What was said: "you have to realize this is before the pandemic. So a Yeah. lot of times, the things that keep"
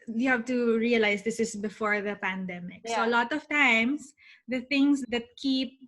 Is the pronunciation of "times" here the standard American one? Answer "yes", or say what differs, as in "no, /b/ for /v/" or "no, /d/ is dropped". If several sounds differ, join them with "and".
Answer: no, /s/ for /z/